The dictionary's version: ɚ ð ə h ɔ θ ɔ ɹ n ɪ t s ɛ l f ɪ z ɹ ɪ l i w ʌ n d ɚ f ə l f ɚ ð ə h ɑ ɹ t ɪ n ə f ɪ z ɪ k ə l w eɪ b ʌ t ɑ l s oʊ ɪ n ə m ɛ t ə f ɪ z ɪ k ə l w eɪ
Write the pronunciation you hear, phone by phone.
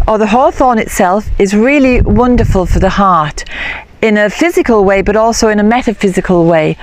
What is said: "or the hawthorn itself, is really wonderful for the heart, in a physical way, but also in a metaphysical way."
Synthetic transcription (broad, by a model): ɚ ð ə h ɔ θ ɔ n ɪ t s ɛ l f ɪ z ɹ ɪ l i w ʌ n d ɚ f ə l f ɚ ð ə h ɑ ɹ t ɪ n ə f ɪ z ɪ k ə l w eɪ b ʌ t ɑ l s oʊ ɪ n ə m ɛ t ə f ɪ z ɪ k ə l w eɪ